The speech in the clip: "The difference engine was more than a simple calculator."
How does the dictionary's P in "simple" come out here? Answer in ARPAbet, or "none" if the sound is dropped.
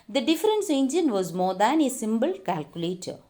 B